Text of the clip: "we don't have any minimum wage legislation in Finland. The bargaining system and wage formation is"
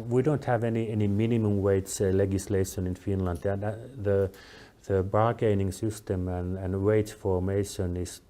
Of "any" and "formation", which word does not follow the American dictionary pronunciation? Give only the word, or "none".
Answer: none